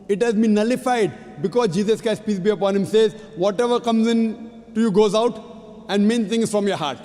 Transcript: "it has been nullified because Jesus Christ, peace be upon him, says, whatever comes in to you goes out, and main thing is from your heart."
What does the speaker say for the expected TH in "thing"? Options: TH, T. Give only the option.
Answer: T